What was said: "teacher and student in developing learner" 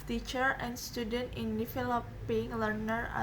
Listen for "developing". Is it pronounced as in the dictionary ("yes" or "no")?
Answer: no